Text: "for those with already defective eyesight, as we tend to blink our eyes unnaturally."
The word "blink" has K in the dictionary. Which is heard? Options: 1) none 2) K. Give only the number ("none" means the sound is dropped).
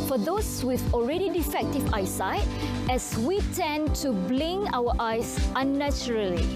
1